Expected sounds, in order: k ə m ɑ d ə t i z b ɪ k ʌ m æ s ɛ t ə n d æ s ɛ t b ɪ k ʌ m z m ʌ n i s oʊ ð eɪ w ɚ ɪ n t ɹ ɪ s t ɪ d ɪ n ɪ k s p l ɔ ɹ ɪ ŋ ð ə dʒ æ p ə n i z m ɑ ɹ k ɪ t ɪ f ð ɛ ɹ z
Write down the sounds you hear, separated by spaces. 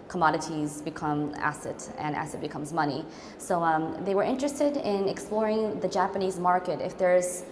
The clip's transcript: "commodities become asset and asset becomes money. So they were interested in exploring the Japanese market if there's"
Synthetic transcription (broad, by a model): k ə m ɑ d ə t i z b ɪ k ʌ m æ s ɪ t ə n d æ s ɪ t b ɪ k ʌ m z m ʌ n i s oʊ ð eɪ w ɚ ɪ n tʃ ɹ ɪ s t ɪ d ɪ n ɪ k s p l ɔ ɹ ɪ ŋ ð ə dʒ æ p ə n i z m ɑ ɹ k ɪ t ɪ f ð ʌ ɹ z